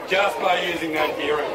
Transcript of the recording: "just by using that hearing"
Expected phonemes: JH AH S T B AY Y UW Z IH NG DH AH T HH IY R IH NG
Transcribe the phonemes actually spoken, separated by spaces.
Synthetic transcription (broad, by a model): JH AH S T B AY Y UW Z IH NG DH AH T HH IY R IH